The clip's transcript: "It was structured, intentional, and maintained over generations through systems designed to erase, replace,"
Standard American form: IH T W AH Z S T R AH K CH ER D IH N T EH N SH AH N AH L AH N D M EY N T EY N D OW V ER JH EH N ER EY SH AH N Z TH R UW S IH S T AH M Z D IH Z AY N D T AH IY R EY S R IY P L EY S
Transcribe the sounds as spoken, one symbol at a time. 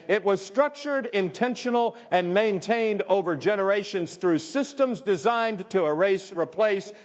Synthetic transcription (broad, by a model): IH T W AH Z S T R AH K CH ER D IH N T EH N SH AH N L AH N M EY N T EY N D OW V ER JH EH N ER EY SH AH N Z TH R UW S IH S T AH M Z D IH Z AY N T AH R EY S R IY P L EY S